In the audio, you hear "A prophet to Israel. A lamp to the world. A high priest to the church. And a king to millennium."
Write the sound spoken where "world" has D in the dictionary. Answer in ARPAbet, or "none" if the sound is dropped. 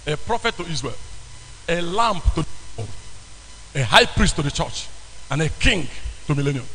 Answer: none